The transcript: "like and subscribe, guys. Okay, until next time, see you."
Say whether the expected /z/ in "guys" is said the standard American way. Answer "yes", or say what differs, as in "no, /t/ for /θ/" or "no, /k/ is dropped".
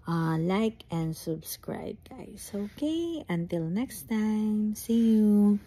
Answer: no, /s/ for /z/